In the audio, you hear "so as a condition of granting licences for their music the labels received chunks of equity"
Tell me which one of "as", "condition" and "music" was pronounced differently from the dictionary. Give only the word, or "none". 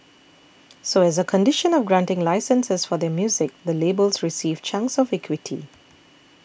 none